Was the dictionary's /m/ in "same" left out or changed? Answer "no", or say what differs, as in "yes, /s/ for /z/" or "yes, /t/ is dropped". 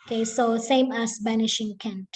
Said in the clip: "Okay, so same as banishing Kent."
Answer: no